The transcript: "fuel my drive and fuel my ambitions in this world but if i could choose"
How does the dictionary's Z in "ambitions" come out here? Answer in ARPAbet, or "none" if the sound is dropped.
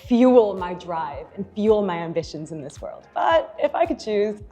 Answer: Z